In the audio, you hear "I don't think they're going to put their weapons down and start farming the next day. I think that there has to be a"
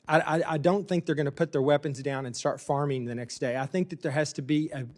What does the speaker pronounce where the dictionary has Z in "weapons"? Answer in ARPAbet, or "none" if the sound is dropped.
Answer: Z